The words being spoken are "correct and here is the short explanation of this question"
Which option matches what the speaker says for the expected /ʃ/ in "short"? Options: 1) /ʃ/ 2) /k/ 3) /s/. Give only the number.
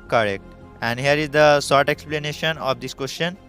3